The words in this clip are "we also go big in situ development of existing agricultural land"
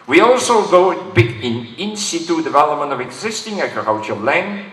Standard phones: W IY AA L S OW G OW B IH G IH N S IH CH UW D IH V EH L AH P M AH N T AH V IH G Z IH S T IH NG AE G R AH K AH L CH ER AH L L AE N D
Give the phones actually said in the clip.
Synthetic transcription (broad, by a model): W IY AA L S OW G OW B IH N IH N S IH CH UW D IH V EH L AH P M AH N T AH V IH G Z IH S T IH NG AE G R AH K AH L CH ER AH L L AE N